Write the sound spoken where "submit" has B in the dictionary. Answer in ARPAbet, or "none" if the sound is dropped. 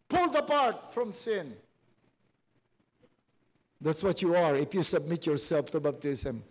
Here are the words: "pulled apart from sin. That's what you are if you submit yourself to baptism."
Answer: B